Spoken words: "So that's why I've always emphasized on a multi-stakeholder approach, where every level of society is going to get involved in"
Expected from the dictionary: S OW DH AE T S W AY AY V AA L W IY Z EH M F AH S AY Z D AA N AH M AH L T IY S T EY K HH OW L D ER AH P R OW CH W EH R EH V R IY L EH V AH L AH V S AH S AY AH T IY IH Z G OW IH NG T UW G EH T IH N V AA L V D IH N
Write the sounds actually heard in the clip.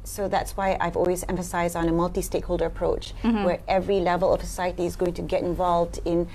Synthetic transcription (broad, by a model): S OW DH AE T S W AY AY V AA L W IY Z EH M F AH S AY Z D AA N AH M AH L T IY S T EY K HH OW L D ER AH P R OW CH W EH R EH V R IY L EH V AH L AH V S AH S AY AH T IY IH Z G OW IH NG T UW G EH T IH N V AA L V D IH N